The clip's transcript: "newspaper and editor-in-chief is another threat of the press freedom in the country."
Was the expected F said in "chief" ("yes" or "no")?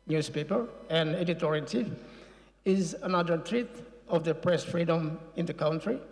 no